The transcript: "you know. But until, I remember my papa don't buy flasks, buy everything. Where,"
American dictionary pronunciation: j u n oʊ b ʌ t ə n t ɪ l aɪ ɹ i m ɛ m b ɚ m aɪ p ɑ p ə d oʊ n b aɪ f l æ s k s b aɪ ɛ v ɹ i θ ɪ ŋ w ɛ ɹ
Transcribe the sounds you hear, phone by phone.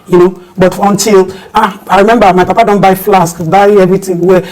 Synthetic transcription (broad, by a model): j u n oʊ b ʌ t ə n t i l aɪ ɹ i m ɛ m b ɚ m aɪ p ɑ p ə d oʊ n b aɪ f l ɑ s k b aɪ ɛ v ɹ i t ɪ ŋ w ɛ